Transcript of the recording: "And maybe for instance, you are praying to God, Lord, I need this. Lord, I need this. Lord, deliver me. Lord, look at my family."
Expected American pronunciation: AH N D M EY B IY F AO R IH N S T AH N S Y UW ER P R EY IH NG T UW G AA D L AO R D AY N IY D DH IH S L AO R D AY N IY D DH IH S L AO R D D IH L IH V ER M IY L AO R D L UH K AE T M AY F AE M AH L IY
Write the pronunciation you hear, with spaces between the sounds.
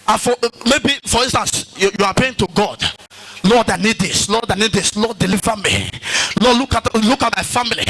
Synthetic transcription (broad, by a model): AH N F M EY B IY F AO R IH N S T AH N S Y UW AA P EY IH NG T UW G AA D L AO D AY N IY D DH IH S L AO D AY N IY D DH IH S L AO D D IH L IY V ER M IY L AO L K L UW K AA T M AY F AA M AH L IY